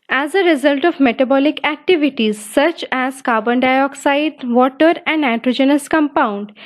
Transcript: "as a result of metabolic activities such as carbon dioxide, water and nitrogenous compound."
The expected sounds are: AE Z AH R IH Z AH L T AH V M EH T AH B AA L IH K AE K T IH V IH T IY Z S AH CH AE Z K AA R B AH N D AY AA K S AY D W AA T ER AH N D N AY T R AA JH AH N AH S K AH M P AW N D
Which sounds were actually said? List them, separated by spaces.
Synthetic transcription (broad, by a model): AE Z AH R IH Z AH L T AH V M EH T AH B AA L IH K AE K T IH V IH T IY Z S AH CH AE Z K AA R B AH N D AY AA K S AY D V AA T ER AH N D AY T R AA JH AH N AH S K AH M P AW N D